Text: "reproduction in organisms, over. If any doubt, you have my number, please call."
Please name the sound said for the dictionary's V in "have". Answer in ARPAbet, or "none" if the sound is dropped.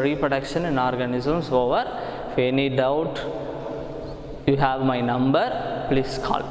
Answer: V